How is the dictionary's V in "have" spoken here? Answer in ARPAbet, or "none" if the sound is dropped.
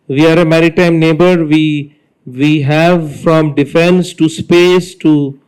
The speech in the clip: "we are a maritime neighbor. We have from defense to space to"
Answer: V